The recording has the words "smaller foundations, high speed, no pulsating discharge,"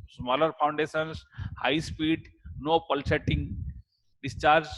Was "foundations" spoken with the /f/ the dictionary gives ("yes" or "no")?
no